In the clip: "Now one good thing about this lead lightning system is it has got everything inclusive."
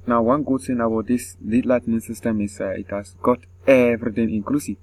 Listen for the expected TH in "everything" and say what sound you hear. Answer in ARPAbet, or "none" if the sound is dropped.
T